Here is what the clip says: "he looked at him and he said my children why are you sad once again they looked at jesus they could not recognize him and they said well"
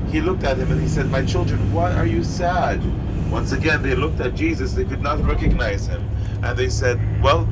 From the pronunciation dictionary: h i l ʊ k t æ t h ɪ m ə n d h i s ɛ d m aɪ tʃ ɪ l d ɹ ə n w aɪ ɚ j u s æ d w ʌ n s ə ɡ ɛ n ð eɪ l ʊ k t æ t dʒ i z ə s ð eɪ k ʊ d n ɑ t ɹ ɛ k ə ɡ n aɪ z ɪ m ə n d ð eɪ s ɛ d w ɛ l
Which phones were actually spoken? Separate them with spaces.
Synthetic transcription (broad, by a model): h i l ʊ k t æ t h ɪ m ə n i s ɛ d m aɪ tʃ ɪ l d ɹ ə n w aɪ ɚ j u s æ d w ʌ n s ə ɡ ɛ n ð eɪ l ʊ k t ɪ t dʒ i z ə s ð eɪ k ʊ d n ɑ t ɹ ɛ k ə ɡ n aɪ z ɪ m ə n ð eɪ s ɛ d w ɛ l